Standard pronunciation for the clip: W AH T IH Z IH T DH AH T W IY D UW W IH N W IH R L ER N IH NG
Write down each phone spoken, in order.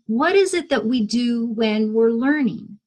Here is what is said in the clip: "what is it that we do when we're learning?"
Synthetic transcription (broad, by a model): W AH T IH Z IH T DH AH T W IY D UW W IH N W IH R L ER N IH NG